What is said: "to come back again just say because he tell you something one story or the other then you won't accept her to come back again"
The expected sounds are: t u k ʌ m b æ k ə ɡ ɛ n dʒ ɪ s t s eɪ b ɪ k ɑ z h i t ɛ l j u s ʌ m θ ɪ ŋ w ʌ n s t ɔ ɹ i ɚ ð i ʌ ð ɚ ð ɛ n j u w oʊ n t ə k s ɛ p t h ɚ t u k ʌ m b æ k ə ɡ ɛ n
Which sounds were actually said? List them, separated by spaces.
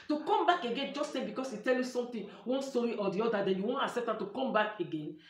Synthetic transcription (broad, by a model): t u k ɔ m b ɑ k ə ɡ ɛ n dʒ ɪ s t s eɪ b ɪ k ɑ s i t ɛ l j u s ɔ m t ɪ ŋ w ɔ n s t ɔ ɹ i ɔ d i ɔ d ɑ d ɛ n j u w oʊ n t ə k s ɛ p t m t u k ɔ m b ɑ k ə ɡ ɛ n